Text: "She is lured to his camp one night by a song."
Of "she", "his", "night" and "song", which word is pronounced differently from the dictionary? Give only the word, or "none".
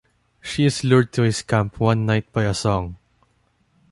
his